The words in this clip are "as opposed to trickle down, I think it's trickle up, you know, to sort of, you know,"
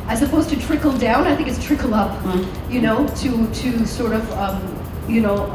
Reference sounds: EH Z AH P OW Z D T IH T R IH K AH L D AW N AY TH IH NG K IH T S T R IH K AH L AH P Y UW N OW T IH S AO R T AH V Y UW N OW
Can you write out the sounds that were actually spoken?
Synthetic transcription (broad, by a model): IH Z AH P OW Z T IH T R IH K L D AW N AY TH IH NG K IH T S T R IH K L AH P Y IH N OW T IH S AO R T AH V Y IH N OW